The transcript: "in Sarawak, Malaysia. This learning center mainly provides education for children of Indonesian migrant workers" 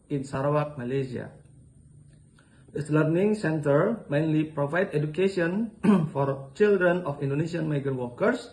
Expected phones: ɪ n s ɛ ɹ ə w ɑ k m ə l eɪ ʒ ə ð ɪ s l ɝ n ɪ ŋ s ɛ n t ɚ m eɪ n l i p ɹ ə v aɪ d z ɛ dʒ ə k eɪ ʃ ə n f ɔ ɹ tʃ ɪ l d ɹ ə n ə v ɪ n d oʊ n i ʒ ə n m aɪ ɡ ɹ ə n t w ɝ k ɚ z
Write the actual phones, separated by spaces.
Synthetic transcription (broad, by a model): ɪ n s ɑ ɹ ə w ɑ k m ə l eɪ s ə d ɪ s l ɝ n ɪ ŋ s ɛ n t ɚ m eɪ n l i p ɹ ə v aɪ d ɛ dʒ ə k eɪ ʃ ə n f ɔ ɹ tʃ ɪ l d ɹ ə n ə f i n d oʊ n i ʃ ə n m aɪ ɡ ə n w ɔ k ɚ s